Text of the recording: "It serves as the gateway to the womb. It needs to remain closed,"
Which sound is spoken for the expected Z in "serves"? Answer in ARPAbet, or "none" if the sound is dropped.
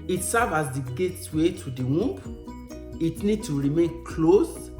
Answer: none